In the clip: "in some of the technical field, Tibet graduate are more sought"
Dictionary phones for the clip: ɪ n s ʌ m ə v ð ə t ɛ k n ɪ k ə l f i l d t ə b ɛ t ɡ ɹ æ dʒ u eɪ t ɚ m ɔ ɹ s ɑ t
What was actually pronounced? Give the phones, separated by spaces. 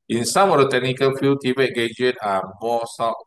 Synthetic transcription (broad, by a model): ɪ n s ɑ m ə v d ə t ɛ k n ɪ k ə l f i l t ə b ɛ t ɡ ɛ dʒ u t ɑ m ɔ s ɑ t